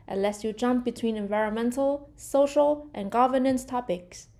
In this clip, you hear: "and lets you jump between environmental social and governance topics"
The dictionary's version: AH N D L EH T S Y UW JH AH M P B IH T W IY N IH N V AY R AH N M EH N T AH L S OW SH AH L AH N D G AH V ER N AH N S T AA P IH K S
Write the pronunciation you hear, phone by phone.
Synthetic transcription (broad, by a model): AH N L EH S Y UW JH AH M P B IH T W IY N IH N V AY R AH N M EH N T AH L S OW SH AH L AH N G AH V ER N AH N S T AA P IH K S